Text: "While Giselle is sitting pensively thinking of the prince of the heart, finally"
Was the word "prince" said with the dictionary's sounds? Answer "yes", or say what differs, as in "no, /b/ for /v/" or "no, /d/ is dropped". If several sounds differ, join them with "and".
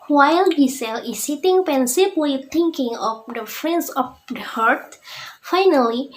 no, /f/ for /p/